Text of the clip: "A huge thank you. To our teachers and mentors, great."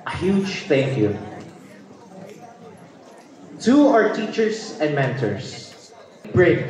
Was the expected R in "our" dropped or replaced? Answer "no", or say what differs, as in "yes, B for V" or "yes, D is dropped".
no